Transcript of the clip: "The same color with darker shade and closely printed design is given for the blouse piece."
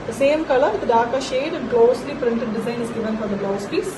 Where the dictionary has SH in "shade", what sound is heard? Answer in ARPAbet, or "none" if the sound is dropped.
SH